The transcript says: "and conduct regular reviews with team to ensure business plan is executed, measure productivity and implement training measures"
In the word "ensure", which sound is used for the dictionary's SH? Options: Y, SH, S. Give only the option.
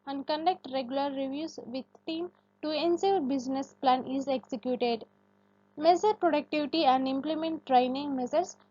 S